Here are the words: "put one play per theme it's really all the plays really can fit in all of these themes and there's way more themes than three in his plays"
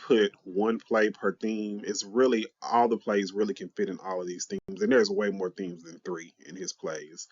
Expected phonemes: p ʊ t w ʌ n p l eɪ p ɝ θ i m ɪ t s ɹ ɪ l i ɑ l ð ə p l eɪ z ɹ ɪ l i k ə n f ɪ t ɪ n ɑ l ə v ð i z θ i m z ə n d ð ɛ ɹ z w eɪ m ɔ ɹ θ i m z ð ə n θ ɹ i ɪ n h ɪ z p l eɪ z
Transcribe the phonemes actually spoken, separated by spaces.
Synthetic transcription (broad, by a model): p ʊ t w ʌ n p l eɪ p ɝ θ i m ɪ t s ɹ ɪ l i ɑ l ð ə p l eɪ z ɹ ɪ l i k ə n f ɪ t ɪ n ɑ l ə v ð i z θ i m z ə n ð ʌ ɹ z w eɪ m ɔ ɹ θ i m z ð ə n θ ɹ i ɪ n ɪ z p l eɪ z